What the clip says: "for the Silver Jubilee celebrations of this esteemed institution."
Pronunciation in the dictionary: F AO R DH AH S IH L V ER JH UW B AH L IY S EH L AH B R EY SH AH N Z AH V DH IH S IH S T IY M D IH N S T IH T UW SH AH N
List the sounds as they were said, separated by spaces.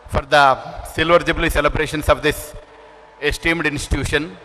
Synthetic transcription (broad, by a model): F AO R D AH S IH L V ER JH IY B L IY S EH L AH B R EY SH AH N S AH V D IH S IH S T IY M D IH N S T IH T UW SH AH N